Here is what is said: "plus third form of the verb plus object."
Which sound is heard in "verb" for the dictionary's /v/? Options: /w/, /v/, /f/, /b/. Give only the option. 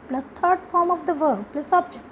/v/